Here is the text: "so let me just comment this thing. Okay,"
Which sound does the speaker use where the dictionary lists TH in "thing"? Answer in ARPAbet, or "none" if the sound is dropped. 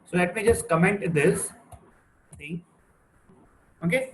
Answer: S